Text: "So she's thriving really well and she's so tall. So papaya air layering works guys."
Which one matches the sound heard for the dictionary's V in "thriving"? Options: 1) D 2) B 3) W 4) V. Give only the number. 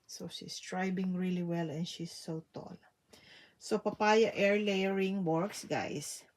2